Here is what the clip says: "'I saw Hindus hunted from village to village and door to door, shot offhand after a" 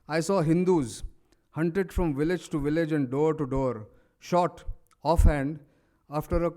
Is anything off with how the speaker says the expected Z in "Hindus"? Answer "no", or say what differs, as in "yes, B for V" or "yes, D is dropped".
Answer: no